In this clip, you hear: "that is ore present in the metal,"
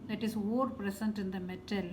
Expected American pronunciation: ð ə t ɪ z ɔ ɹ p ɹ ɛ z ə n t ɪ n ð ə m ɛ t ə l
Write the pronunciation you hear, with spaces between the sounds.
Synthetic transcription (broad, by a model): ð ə t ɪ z ɔ ɹ p ɹ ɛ s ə n t ɪ n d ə m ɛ t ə l